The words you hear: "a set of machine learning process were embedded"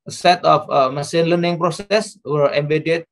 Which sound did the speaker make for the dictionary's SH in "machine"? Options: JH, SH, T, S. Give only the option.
S